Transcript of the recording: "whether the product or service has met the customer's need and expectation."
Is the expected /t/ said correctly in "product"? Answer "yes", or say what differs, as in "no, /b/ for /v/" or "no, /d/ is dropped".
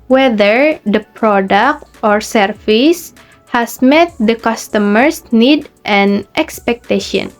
yes